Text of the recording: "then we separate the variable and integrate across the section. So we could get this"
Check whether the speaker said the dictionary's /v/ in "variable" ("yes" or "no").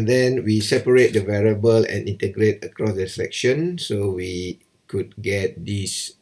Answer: yes